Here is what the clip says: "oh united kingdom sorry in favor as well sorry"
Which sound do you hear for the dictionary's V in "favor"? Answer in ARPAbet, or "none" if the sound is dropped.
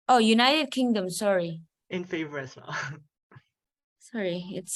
V